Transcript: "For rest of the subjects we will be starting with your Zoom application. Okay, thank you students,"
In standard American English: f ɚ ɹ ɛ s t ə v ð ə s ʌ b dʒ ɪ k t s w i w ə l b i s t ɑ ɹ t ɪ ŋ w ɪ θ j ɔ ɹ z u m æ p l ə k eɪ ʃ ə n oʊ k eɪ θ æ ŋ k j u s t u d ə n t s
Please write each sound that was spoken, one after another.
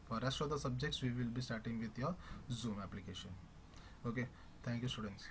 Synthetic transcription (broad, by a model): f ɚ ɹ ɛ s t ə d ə s ʌ b dʒ ɪ k t s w i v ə l b i s t ɑ ɹ t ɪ ŋ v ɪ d j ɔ z u m æ p l ə k eɪ ʃ ə n oʊ k eɪ t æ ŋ k j u s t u d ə n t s